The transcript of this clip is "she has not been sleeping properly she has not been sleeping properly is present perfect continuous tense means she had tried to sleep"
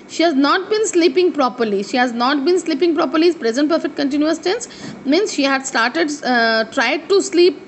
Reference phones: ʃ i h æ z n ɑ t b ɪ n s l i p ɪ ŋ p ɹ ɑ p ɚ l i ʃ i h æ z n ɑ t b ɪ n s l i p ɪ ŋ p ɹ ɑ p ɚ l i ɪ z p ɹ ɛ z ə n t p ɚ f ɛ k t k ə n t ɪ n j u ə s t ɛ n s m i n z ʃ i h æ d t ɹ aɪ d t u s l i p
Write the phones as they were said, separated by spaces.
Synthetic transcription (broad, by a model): ʃ i h æ z n ɑ t b ɪ n s l i p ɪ ŋ p ɹ ɑ p ɚ l i ʃ i h æ z n ɑ t b ɪ n s l i p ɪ ŋ p ɹ ɑ p ɚ l i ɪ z p ɹ ɛ z ə n t p ɚ f ɛ k t k ə n t ɪ n j u ə s t ɛ n s m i n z ʃ i h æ d t ɹ aɪ d t u s l i p